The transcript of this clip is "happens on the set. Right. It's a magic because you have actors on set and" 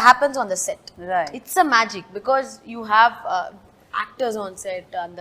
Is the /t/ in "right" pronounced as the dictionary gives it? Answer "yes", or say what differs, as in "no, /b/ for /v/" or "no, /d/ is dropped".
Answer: no, /t/ is dropped